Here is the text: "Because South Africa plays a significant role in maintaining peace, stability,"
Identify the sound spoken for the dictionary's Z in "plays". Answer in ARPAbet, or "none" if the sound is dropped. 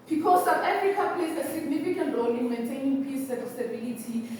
S